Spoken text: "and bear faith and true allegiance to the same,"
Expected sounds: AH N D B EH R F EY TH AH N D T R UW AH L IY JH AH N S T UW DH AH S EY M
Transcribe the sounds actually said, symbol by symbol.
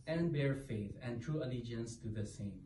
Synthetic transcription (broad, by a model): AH N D B EH R F EY TH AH N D T R UW AH L IY JH AH N S T UW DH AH S EY M